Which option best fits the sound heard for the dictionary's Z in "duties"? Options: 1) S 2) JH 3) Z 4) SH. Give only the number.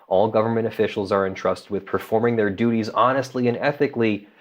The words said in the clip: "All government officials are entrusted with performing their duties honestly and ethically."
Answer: 3